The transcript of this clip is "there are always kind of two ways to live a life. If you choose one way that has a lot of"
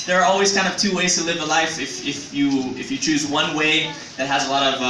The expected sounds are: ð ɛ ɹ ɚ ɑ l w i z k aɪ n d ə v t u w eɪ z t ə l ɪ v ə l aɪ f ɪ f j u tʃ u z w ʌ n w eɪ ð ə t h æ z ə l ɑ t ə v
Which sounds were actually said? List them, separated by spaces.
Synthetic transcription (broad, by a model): ð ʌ ɹ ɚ ɑ l w i z k aɪ n d ə v t u w eɪ z t ə l ɪ v ə l aɪ f ɪ f j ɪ tʃ u z w ʌ n w eɪ ð ə t h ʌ z ə l ɑ t ə v